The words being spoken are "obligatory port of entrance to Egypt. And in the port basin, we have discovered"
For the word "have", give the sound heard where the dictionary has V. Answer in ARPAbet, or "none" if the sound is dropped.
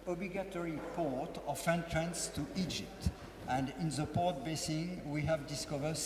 V